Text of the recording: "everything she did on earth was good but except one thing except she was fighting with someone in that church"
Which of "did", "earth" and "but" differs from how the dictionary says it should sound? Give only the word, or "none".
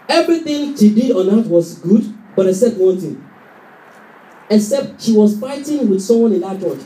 earth